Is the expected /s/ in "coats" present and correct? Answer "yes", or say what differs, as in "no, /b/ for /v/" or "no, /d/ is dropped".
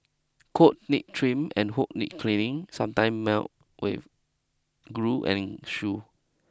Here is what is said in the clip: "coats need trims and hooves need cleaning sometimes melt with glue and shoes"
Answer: no, /s/ is dropped